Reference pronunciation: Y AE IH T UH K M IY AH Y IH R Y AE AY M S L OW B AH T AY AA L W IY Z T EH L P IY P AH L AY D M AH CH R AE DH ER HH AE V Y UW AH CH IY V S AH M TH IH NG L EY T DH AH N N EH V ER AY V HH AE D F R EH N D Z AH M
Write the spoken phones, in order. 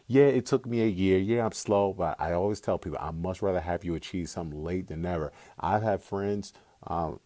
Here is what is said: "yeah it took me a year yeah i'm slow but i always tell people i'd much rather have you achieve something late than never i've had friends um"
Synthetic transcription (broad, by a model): Y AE IH T UH K M IY AH Y IH R Y AE AY M S L OW B AH T AY AA L W IY Z T EH L P IY P L AY M AH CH R AE DH ER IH V Y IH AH CH IY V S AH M L EY T DH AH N N EH V ER AY V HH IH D F R EH N D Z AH M